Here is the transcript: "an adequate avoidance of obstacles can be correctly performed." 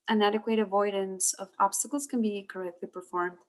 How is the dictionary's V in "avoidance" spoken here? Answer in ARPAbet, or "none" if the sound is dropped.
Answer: V